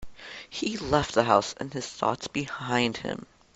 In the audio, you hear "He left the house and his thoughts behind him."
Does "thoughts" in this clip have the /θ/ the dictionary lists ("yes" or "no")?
yes